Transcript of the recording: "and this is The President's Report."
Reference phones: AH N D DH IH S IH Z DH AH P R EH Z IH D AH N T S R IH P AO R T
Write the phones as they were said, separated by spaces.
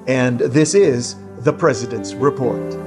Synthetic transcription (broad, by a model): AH N DH IH S IH Z DH AH P R EH Z IH D AH N T S R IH P AO R T